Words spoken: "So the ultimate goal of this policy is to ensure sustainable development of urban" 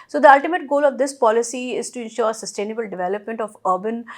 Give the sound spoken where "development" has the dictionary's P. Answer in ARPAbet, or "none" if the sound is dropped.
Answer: P